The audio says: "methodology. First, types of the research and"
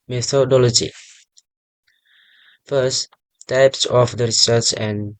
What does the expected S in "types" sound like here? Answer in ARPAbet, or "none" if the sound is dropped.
S